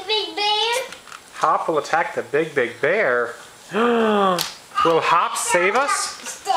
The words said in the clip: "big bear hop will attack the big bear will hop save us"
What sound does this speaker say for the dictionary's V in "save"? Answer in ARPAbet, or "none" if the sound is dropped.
V